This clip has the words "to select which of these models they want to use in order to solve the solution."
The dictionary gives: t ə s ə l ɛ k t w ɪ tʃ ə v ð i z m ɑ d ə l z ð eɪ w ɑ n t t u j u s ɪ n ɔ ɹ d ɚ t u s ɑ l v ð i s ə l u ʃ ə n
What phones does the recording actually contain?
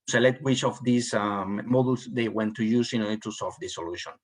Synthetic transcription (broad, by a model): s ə l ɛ t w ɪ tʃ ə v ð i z m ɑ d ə l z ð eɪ w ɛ n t t u j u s ɪ n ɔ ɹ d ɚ t u s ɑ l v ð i s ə l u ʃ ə n